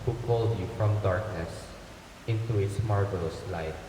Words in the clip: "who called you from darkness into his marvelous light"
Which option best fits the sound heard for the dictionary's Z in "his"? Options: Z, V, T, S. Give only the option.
S